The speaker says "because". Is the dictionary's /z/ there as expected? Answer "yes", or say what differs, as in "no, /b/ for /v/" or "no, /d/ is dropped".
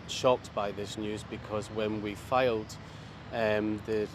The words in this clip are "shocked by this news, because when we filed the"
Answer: yes